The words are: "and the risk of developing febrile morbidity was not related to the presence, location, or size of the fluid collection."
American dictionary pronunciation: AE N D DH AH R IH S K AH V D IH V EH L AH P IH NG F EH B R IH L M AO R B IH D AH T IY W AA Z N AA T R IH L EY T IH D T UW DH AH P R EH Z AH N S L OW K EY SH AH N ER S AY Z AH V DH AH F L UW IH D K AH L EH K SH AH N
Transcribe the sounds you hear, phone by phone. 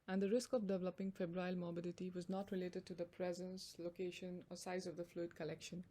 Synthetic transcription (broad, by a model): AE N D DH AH R IH S K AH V D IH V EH L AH P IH NG F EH B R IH L M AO B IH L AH T IY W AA Z N AA T R IH L EY T IH D T UW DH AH P R EH Z AH N S L OW K EY SH AH N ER S AY Z AH V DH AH F L UW IH D K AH L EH K SH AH N